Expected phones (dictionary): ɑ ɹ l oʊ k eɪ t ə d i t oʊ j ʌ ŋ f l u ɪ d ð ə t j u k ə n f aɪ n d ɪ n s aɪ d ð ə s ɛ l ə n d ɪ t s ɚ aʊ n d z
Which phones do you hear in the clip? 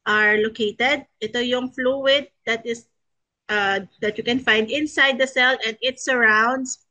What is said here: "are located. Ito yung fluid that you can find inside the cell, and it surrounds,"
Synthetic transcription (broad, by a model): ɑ ɹ l oʊ k eɪ t ə d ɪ t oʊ j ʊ ŋ f l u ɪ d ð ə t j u k ə n f aɪ n d ɪ n s aɪ d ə s ɛ l ə n d ɪ t s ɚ aʊ n d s